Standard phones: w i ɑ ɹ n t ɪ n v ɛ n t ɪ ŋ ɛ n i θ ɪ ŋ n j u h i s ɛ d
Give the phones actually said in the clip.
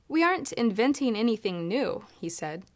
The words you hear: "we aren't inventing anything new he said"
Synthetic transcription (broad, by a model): w i ɑ ɹ n t ɪ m v ɛ n t ɪ ŋ ɛ n i θ ɪ ŋ n j u h i s ɛ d